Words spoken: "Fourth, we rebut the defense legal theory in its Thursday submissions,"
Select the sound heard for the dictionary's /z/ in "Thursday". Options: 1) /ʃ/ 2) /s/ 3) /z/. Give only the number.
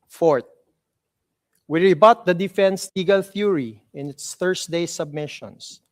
2